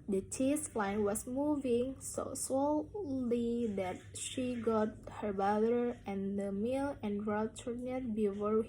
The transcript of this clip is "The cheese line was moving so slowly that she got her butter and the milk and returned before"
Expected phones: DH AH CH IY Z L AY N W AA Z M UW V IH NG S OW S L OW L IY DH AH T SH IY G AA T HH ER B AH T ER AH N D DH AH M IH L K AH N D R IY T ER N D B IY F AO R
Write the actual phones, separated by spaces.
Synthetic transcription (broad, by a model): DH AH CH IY S L AY N W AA S M UW V IH NG S OW S L OW L IY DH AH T SH IY G AA T HH ER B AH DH ER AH N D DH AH M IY L AH N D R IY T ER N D B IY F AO R